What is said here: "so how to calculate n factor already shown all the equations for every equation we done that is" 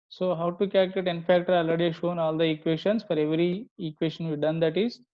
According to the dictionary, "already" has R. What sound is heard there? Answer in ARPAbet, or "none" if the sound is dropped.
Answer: none